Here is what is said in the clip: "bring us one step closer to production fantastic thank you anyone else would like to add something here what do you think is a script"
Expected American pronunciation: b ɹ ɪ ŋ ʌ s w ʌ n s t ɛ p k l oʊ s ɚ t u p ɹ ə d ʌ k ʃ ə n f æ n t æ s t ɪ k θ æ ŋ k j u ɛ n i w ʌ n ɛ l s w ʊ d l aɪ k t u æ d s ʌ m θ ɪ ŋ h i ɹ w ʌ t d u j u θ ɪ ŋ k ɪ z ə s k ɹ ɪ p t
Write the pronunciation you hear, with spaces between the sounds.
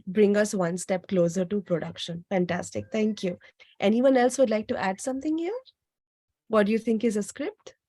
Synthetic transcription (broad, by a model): b ɹ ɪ ŋ ʌ s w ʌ n s t ɛ p k l oʊ s ɚ t u p ɹ ə d ʌ k ʃ ə n f æ n t æ s t ɪ k t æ ŋ k j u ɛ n i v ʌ n ɛ l s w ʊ d l aɪ k t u æ d s ʌ m t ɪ ŋ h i ɹ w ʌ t d u j u t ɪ ŋ k ɪ z ə s k ɹ ɪ p t